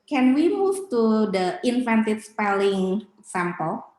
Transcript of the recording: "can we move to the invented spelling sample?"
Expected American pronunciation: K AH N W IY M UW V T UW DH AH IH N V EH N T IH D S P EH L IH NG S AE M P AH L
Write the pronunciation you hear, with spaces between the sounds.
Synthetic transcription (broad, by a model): K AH N W IY M UW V T UW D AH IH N F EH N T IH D S P EH L IH NG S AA M P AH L